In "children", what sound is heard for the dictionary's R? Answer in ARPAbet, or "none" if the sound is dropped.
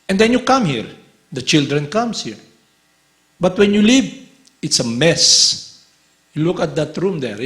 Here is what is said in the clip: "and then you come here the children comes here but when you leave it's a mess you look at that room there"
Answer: R